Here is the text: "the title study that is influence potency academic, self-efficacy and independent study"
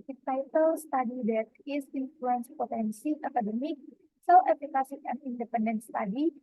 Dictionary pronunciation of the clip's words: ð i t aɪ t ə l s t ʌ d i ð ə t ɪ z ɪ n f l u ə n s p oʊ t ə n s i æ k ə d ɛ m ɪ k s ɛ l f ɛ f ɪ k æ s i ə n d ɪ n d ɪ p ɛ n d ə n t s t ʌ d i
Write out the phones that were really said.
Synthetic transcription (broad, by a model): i t aɪ t ə l s t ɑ d i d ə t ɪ s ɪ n f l u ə n s p oʊ t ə n s i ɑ k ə d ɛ m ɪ k s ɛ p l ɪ k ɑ s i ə n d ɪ n d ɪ p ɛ n d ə n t s t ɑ d i